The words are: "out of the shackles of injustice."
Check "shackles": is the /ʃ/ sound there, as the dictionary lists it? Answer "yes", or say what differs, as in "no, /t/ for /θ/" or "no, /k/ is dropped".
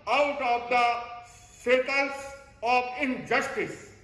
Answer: no, /s/ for /ʃ/